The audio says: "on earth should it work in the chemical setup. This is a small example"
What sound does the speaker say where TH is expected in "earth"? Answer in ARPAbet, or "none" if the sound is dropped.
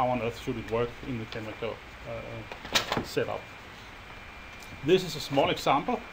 TH